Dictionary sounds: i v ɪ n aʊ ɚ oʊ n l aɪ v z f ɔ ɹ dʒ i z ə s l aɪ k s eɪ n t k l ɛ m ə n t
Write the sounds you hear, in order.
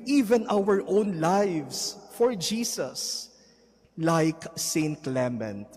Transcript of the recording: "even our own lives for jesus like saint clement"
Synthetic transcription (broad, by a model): i v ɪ n aʊ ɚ oʊ n l aɪ v s f ɔ ɹ dʒ i s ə s l aɪ k s eɪ n t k l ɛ m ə n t